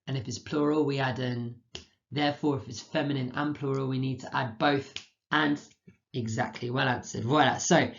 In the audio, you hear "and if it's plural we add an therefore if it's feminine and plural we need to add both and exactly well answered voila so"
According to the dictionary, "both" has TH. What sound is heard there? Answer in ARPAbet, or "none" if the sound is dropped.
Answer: TH